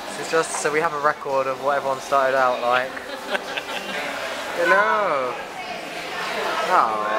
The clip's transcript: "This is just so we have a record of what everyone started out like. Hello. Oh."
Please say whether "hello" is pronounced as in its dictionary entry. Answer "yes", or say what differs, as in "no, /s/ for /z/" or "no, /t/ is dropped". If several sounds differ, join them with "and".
no, /n/ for /l/